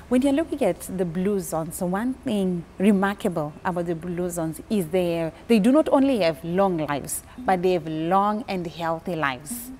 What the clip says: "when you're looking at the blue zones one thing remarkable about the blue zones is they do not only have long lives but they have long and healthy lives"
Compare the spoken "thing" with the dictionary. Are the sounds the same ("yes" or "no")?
yes